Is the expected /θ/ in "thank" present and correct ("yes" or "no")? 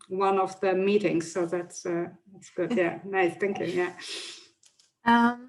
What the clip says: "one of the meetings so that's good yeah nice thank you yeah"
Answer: yes